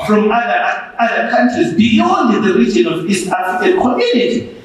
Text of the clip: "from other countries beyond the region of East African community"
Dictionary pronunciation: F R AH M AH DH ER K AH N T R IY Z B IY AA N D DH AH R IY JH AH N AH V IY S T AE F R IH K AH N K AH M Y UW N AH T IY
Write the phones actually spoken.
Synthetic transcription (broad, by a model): F R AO M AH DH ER K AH N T R IY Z B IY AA N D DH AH R IY JH AH N AH V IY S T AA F IH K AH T K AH M Y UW N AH T IY